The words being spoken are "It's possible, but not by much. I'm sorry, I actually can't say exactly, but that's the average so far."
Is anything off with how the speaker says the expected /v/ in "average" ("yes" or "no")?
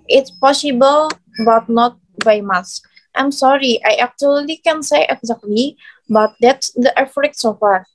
yes